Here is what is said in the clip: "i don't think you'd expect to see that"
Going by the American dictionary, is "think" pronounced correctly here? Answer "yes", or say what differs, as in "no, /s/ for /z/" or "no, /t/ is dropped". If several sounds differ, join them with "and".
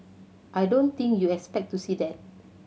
no, /t/ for /θ/